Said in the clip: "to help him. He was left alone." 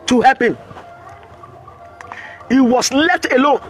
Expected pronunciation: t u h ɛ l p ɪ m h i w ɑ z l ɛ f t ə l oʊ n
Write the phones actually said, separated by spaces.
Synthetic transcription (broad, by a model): t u h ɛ p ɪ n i w ɑ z l ɛ f t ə l oʊ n